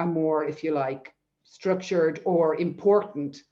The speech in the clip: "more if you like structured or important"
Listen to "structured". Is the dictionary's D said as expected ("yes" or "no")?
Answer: yes